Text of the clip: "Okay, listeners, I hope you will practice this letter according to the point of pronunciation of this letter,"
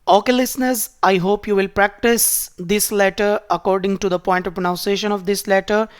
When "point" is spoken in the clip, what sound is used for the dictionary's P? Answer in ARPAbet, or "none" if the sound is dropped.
P